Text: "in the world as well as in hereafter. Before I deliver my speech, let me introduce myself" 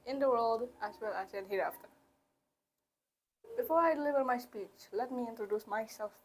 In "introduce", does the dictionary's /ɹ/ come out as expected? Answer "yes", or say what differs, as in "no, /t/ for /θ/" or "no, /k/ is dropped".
yes